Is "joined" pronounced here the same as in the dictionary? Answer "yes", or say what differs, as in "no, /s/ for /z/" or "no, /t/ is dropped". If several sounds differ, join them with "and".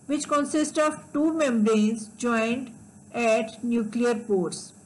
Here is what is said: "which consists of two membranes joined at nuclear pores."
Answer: yes